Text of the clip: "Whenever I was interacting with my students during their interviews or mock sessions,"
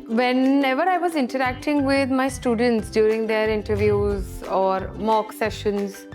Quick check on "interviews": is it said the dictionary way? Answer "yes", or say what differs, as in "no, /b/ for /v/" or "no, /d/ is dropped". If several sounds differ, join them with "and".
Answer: yes